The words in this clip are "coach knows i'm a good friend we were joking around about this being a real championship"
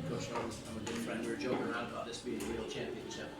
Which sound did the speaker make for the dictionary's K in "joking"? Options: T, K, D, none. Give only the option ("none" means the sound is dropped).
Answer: none